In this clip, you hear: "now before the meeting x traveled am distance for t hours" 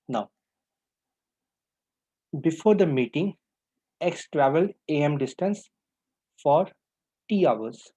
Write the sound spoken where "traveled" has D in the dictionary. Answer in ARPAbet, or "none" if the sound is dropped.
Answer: D